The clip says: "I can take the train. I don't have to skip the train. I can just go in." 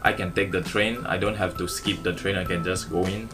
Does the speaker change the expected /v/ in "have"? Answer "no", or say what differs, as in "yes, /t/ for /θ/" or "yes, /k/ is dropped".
yes, /f/ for /v/